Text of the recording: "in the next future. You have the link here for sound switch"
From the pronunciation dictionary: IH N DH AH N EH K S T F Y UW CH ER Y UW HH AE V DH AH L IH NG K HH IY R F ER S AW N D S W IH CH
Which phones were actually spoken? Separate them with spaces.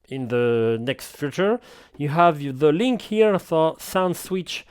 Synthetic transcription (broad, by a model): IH N DH AH N EH K S T F Y UW CH ER Y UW HH AE V DH AH L IH NG K HH IY R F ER S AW N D S W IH CH